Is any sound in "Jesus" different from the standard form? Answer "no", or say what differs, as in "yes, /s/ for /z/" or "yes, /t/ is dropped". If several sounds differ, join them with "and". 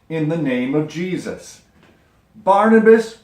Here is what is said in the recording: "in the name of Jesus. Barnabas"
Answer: no